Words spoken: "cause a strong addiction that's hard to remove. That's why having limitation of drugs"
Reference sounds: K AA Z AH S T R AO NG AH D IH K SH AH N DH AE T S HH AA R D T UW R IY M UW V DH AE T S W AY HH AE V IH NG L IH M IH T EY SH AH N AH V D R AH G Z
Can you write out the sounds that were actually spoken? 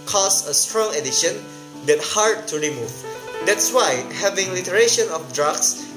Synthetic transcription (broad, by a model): K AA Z AH S T R AO NG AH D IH SH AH N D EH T HH AA R D T UW R IY M UW V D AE T S W AY HH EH V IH NG L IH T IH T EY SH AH N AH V D R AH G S